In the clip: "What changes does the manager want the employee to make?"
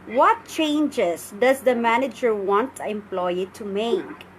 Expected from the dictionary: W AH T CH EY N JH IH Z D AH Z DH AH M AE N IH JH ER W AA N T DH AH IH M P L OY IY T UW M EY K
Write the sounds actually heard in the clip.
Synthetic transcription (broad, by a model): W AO T CH EY N JH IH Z D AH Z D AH M AE N IH JH ER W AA N T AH IH M P L OY IY T UW M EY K